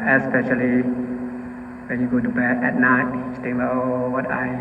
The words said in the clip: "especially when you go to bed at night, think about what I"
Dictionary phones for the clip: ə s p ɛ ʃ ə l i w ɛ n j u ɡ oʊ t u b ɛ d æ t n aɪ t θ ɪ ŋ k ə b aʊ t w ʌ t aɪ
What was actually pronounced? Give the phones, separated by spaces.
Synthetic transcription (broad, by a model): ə s p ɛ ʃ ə l i w ɛ n j u ɡ oʊ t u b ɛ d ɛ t n aɪ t t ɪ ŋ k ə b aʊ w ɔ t aɪ